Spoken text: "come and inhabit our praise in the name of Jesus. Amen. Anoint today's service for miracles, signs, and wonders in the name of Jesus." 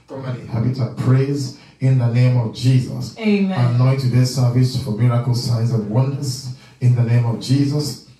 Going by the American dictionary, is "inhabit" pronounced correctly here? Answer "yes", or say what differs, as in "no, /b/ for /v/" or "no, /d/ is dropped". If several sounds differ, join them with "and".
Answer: no, /n/ is dropped